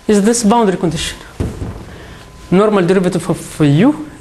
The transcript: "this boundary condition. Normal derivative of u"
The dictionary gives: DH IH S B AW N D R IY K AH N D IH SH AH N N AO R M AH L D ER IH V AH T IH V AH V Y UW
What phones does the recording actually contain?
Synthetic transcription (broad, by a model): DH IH S B AW N D R IY K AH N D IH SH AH N N AO R M AH L D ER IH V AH T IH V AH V Y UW